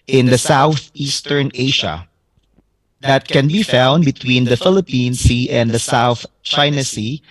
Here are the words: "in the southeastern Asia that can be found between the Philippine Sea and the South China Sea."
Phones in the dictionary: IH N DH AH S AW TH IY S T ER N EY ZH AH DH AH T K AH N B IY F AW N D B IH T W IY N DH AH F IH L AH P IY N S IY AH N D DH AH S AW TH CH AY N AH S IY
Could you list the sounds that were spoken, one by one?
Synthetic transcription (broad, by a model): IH N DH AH S AW TH IY S T ER N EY SH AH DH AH T K AH N B IY F AW N D B IH T W IY N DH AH F IH L AH P IY N S IY AH N D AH S AW TH CH AY N AH S IY